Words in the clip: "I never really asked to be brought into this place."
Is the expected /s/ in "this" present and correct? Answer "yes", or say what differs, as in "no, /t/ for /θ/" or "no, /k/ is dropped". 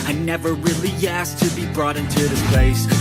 no, /s/ is dropped